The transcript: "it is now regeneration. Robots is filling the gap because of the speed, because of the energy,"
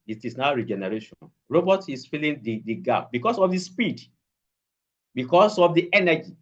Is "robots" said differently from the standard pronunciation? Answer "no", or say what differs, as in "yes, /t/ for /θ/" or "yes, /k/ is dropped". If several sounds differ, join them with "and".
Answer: yes, /s/ is dropped